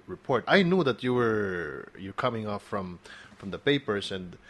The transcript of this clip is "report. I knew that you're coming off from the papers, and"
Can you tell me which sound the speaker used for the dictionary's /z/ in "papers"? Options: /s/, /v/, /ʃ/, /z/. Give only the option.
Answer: /s/